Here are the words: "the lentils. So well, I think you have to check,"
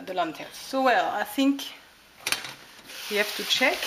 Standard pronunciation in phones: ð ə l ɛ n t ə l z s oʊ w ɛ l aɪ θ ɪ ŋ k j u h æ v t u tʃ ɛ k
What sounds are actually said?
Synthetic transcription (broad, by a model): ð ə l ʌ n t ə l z s oʊ w ɛ l aɪ θ ɪ ŋ k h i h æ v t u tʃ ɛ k